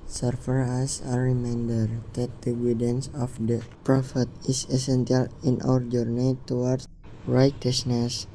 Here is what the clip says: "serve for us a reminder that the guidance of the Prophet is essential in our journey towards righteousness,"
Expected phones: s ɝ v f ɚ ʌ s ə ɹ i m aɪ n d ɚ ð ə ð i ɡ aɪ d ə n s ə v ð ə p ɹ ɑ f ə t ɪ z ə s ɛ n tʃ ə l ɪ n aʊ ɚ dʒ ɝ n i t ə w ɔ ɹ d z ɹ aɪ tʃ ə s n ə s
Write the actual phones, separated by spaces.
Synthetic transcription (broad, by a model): s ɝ f ɚ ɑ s ə ɹ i m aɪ n d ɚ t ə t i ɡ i d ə n s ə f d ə p ɹ ɑ f ə t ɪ s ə s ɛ n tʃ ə l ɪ n aʊ ɚ dʒ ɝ n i t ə w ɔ ɹ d ɹ aɪ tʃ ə s n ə s